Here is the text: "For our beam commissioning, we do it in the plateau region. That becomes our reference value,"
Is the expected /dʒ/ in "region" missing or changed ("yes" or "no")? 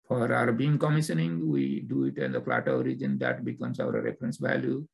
no